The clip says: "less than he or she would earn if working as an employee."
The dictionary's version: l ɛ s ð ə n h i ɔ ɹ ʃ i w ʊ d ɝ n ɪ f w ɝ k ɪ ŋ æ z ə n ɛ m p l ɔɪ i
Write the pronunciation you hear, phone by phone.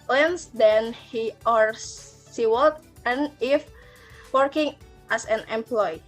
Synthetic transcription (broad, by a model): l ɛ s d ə n h i ɔ ɹ s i w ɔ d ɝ n ɪ f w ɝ k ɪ ŋ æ s ə n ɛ m p l ɔɪ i